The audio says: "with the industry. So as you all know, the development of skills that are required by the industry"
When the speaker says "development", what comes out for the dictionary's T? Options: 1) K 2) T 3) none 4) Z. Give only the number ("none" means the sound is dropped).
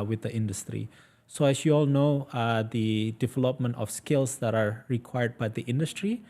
2